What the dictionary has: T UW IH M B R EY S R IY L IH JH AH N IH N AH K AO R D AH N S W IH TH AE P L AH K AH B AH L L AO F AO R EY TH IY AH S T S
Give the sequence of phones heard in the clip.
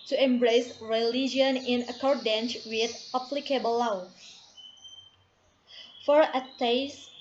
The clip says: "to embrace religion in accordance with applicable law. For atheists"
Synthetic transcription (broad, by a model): T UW IH M B R EY S R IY L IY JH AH N IH N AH K AO R D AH N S W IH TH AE P L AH K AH B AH L W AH F AO R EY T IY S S